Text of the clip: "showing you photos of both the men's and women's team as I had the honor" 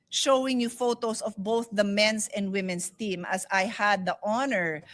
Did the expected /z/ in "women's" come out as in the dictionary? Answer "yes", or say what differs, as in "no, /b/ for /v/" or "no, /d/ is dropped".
no, /s/ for /z/